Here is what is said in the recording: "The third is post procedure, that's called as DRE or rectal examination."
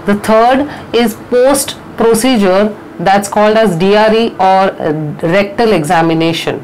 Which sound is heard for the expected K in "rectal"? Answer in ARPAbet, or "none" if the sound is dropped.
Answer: K